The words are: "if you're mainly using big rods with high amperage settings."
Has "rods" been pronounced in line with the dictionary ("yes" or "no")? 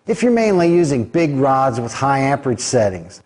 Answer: yes